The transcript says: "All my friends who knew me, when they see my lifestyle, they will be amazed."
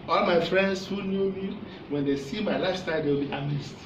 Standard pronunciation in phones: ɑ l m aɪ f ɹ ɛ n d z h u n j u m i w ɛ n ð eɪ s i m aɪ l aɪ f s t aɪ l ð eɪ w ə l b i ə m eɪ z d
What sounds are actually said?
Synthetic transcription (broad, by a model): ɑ l m aɪ f ɹ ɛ n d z h u n j u m i w ɛ n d eɪ s i m aɪ l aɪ s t aɪ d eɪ w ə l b i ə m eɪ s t